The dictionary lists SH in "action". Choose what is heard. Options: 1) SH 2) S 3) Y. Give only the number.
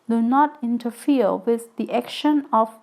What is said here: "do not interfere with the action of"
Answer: 1